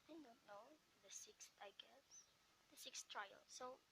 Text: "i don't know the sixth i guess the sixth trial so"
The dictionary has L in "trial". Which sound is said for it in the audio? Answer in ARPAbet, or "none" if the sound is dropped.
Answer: L